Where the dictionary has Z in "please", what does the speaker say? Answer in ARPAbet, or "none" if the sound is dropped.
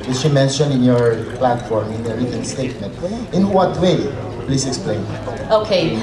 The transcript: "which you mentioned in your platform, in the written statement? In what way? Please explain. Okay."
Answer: S